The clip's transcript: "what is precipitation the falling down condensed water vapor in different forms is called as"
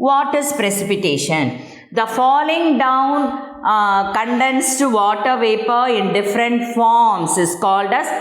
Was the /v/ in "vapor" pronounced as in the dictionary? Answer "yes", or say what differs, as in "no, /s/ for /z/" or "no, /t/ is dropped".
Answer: yes